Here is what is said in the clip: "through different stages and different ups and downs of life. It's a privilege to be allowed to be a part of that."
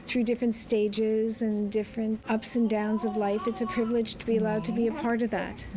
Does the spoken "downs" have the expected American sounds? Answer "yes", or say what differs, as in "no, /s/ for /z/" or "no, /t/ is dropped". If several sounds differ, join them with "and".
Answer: yes